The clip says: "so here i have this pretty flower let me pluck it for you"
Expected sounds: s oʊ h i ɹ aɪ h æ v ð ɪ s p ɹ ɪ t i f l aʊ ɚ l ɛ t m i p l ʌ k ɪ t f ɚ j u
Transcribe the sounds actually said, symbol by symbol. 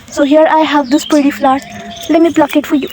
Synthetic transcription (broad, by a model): s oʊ h i ɹ aɪ h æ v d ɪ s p ɪ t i f l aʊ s l ɛ t m i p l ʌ k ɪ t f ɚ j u